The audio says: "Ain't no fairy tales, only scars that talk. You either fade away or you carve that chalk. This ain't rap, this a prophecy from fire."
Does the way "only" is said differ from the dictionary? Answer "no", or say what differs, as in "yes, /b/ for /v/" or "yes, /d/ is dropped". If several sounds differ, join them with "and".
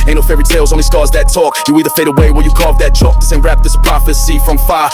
yes, /l/ is dropped